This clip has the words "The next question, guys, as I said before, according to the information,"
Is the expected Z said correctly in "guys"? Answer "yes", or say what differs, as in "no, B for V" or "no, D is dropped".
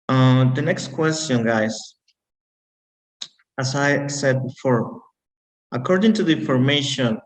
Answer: no, S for Z